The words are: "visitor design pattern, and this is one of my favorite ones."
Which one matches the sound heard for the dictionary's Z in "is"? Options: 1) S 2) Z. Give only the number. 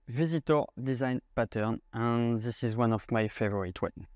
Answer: 2